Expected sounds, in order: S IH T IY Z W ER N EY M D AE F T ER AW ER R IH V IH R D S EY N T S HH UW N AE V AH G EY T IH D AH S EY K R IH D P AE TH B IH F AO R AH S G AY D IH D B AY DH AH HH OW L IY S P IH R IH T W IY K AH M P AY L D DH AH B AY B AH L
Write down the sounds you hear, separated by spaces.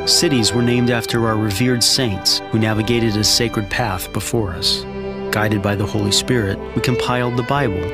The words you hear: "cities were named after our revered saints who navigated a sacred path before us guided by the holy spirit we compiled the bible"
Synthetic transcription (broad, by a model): S IH T IY Z W ER N EY M D AE F T ER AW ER R IH V IH R D S EY N T S HH UW N AE V AH G EY T IH D AH S EY K R IH D P AE TH B IH F AO R AH S G AY D IH D B AY DH AH HH OW L IY S P IH R IH T W IY K AH M P AY L D DH AH B AY B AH L